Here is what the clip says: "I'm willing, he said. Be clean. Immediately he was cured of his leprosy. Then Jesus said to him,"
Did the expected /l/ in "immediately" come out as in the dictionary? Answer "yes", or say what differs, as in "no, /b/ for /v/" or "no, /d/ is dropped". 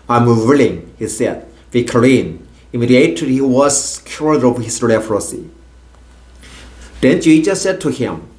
no, /l/ is dropped